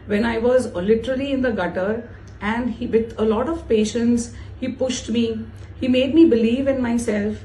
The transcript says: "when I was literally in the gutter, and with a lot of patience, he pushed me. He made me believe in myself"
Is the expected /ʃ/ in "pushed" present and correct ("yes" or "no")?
yes